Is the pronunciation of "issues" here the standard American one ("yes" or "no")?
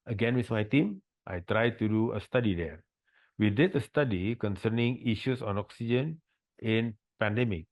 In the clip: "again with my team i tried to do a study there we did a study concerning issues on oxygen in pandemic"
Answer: no